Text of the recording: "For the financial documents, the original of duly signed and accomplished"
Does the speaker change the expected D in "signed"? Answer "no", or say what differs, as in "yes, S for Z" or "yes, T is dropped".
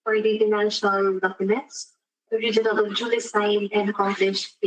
yes, D is dropped